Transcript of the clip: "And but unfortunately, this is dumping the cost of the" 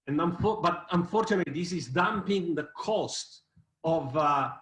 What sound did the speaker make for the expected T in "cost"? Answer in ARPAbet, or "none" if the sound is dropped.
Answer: T